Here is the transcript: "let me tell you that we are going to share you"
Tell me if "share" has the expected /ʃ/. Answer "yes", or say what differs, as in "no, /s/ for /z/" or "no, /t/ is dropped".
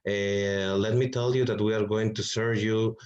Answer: no, /s/ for /ʃ/